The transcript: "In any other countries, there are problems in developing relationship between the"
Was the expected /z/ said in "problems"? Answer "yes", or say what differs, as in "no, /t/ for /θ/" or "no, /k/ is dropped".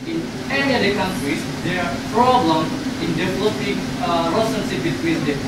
no, /z/ is dropped